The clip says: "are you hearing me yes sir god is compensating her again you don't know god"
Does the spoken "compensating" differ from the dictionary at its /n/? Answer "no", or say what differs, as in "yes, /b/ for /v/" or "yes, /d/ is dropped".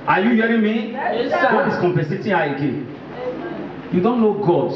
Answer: yes, /n/ is dropped